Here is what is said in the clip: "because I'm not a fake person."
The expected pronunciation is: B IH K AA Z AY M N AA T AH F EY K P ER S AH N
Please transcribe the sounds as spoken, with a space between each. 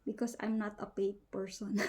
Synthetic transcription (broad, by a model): B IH K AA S AY M N AA T AH P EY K P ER S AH N